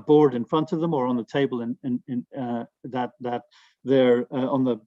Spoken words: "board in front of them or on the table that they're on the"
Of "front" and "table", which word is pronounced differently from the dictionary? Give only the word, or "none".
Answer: table